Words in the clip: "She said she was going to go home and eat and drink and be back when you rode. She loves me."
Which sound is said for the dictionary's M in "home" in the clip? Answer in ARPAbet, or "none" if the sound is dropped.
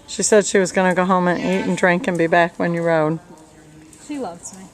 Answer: M